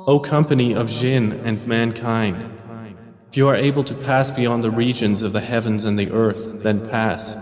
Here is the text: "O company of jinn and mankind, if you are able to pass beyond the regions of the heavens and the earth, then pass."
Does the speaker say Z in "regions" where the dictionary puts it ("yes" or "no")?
yes